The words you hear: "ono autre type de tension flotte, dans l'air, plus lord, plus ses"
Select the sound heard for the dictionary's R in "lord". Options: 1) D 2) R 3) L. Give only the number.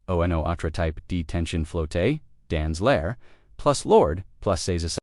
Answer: 2